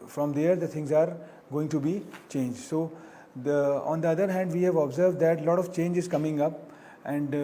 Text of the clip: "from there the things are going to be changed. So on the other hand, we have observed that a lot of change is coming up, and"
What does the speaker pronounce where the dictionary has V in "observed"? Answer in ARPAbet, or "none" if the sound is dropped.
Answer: V